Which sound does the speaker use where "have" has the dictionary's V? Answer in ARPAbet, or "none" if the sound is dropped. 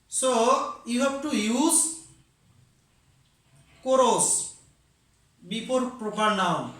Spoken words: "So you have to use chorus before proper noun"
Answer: B